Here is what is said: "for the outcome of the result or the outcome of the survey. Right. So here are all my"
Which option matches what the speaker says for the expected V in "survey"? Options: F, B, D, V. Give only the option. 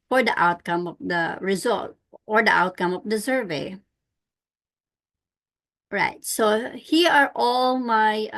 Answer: V